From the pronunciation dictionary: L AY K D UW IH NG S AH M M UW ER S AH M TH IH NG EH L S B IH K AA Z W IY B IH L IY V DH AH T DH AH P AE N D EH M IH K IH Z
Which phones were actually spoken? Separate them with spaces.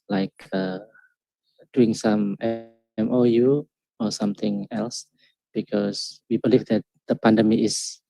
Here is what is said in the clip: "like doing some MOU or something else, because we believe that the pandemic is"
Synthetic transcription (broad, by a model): L AY K D UW IH NG S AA M M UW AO S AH M T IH NG EH L S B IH K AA S W IY B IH L IY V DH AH T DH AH P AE N D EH M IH IH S